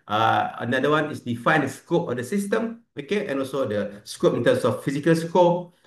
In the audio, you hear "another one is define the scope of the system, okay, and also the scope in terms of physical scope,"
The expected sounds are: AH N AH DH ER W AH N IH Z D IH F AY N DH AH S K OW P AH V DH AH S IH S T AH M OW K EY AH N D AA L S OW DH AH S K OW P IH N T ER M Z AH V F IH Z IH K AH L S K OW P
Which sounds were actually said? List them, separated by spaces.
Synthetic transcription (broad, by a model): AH N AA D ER W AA N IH S D IH F AY N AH S K OW P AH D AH S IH S T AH M OW K EY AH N AA L S OW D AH S K OW P IH N T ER M S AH F F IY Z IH K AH L S K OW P